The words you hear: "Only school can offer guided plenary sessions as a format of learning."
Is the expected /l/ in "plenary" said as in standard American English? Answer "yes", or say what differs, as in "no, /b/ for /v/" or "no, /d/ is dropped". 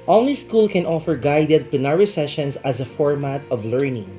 no, /l/ is dropped